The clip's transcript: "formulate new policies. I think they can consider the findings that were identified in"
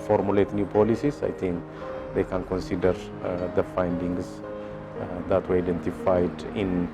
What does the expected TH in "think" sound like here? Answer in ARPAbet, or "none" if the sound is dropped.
T